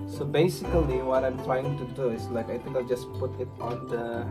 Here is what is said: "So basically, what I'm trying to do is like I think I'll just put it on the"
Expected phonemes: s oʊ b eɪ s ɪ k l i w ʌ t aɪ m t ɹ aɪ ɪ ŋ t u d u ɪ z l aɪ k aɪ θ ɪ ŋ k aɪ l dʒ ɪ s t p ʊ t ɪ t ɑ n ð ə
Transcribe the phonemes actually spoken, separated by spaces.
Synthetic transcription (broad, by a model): s oʊ b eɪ s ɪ k l i w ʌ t aɪ m t ɹ aɪ ɪ ŋ t u d u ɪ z l aɪ k aɪ t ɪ k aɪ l dʒ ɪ s p ʊ t ɪ t ɑ n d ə